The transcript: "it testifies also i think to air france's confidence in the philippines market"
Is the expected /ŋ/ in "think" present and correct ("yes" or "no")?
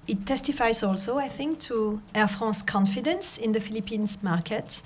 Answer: yes